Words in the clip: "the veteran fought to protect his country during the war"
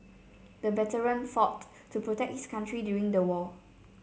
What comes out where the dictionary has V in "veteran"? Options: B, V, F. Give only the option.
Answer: B